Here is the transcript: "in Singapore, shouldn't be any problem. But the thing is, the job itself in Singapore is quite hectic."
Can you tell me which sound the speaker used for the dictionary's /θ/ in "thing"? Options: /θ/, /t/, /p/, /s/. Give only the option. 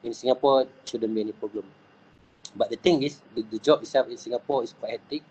/t/